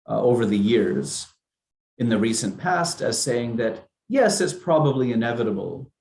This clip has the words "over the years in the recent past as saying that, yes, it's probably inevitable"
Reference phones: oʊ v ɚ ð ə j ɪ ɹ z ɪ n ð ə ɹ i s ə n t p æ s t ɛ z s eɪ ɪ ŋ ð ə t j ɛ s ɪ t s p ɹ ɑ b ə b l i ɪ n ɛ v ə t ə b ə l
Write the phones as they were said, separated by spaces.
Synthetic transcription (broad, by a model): oʊ v ɚ ð ə j ɪ ɹ z ɪ n ð ə ɹ i s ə n p æ s t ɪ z s eɪ ɪ ŋ ð ə t j ɛ s ɪ t s p ɹ ɑ b ə b l i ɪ n ɛ v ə t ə b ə l